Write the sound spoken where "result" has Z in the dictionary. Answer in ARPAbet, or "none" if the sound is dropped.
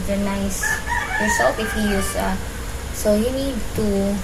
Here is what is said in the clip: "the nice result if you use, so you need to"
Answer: S